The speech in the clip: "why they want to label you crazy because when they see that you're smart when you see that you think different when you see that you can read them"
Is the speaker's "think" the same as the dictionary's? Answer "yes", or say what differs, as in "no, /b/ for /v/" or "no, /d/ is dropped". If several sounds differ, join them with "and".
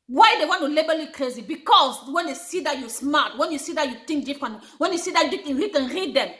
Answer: no, /t/ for /θ/